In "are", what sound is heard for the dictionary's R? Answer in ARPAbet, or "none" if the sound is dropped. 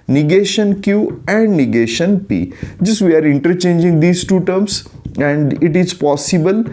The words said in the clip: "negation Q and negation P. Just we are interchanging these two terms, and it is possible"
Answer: R